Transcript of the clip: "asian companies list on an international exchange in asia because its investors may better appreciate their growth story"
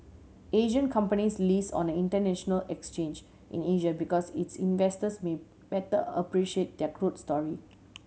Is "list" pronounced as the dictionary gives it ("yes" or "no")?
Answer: no